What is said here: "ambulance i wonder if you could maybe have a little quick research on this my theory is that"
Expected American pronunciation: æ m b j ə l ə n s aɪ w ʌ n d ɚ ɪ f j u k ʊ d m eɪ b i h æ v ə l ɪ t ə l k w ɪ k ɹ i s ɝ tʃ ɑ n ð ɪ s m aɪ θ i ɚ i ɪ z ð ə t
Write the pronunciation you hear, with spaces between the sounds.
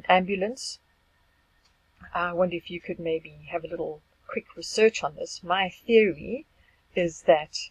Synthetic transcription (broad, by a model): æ m b j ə l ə n s aɪ w ʌ n d ɚ ɪ f j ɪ k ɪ d m eɪ b i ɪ v ə l ɪ t l k w ɪ k ɹ i s ɝ tʃ n ð ɪ s m aɪ θ i ɚ i ɪ z ð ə t